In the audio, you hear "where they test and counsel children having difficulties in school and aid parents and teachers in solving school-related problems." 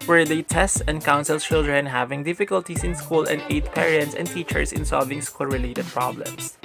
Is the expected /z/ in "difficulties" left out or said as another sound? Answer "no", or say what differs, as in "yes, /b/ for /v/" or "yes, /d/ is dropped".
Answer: yes, /s/ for /z/